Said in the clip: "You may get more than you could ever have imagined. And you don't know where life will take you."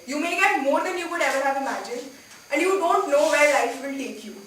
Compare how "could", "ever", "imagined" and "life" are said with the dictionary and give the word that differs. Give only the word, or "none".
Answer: imagined